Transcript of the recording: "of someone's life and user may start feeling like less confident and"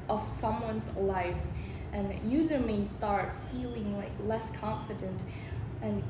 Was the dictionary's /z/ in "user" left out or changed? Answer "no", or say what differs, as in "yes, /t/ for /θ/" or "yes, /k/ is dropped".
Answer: no